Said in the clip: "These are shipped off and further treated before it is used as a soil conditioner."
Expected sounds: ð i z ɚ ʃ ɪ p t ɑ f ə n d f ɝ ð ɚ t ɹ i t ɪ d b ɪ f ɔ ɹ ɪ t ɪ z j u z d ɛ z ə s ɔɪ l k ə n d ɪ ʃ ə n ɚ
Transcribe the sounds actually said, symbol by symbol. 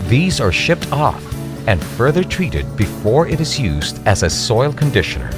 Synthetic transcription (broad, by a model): ð i z ɚ ʃ ɪ p t ɑ f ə n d f ɝ ð ɚ t ɹ i t ɪ d b ɪ f ɔ ɹ ɪ t ɪ z j u z d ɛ z ə s ɔɪ l k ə n d ɪ ʃ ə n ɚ